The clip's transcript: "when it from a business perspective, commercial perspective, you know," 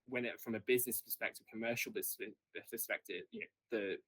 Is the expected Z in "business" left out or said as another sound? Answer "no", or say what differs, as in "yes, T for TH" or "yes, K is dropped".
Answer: no